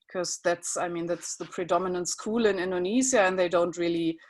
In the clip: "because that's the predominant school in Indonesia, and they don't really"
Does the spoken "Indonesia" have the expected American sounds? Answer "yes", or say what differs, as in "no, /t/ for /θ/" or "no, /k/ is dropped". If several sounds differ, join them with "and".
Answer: no, /z/ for /ʒ/